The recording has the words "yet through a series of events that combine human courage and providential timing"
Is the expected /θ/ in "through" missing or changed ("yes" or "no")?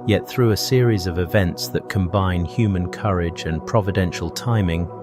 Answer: no